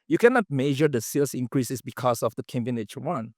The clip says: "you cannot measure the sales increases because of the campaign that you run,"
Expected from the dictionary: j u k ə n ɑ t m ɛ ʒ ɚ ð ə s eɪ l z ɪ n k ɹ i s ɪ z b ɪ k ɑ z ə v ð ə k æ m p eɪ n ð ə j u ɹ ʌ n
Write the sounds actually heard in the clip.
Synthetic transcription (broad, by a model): j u k ə n ɑ t m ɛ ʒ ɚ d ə s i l s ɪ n k ɹ i s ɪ s b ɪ k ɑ s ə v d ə k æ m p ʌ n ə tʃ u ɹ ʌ n